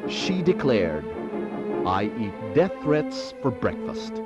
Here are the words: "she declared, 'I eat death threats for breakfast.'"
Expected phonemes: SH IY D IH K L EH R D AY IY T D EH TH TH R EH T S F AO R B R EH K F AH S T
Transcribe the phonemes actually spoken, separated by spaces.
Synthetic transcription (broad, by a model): SH IY D IH K L EH R D AY IY T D EH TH TH R EH T S F AO R B R EH K F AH S T